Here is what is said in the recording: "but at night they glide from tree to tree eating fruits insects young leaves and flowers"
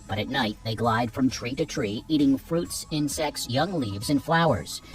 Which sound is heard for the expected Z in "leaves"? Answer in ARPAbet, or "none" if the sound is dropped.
Z